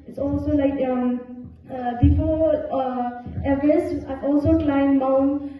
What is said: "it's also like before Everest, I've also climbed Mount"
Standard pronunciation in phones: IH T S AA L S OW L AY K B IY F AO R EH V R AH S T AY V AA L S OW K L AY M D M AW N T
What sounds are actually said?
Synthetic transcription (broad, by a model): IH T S AA L S OW L AY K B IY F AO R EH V AH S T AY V AA L S OW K L AY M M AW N